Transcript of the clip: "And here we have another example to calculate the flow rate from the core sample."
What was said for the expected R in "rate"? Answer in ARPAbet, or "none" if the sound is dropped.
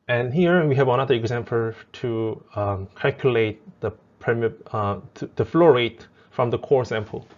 R